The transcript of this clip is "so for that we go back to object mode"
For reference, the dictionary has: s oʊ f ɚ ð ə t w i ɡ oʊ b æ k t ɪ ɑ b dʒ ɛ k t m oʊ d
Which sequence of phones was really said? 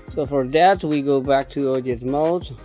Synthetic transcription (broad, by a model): s oʊ f ɚ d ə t w i ɡ oʊ b æ k t ɪ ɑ dʒ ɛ t m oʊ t